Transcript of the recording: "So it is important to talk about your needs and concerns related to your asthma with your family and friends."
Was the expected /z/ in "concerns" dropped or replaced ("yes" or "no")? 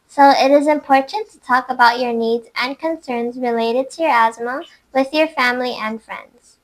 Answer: no